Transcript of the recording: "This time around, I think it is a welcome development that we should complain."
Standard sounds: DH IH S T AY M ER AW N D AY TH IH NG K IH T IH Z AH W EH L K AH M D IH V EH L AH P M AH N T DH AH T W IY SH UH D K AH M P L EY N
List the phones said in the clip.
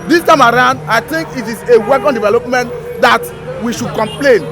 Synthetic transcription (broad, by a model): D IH S T AY M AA AW N D AY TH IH NG K IH T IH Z AH W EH K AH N D IH V EH L AH P M AH N T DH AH T W IY SH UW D K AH M P L EY N